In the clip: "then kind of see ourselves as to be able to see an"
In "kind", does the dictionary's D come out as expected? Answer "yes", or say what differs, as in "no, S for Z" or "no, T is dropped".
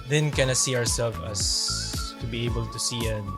no, D is dropped